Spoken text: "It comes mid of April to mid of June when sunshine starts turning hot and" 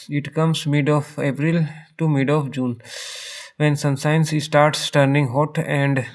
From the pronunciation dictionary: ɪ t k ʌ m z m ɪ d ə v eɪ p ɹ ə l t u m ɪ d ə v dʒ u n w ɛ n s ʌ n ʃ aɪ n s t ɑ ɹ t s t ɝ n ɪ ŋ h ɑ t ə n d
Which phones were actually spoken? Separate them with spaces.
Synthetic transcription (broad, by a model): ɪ t k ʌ m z m ɪ d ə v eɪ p ɹ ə l t u m ɪ d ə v dʒ u n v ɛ n s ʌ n s aɪ n s t ɑ ɹ t s t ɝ n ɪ ŋ h ɑ t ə n d